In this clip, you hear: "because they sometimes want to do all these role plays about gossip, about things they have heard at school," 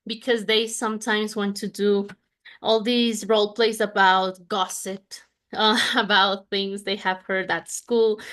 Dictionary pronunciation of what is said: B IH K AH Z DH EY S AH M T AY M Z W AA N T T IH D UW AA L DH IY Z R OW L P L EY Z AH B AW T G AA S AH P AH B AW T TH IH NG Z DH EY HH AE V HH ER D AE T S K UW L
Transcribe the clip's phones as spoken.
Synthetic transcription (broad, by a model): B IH K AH Z DH EY S AH M T AY M Z W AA N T T IH D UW AA L DH IY Z R OW L P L EY S AH B AW T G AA S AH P AH B AW T TH IH NG Z DH EY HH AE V HH ER D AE T S K UW L